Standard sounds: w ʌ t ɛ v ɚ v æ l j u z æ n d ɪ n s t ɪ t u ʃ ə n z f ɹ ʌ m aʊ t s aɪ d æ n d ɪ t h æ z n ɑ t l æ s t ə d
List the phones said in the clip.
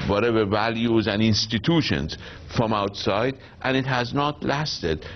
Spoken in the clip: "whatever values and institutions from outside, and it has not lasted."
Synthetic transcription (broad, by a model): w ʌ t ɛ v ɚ v æ l j u z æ n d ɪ n s t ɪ t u ʃ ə n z f ɹ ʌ m aʊ t s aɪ d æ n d ɪ t h æ z n ɑ t l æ s t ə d